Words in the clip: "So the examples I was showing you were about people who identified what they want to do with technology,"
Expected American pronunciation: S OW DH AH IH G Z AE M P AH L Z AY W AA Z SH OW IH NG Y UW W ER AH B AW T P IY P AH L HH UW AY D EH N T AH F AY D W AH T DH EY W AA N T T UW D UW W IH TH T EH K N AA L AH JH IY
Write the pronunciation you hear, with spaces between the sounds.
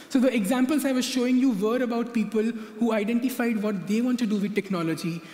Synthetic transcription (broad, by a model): S OW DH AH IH G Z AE M P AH L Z AY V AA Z SH OW IH NG Y UW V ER AH B AW T P IY P AH L HH UW AY D EH N T AH F AY D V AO T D EY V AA N T T UW D UW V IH T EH K N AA L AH JH IY